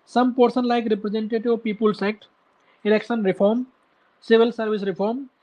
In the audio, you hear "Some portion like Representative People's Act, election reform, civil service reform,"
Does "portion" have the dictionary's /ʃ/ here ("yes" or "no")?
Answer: no